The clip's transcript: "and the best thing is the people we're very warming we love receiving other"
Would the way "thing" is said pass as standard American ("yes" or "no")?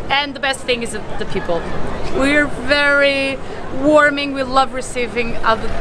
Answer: yes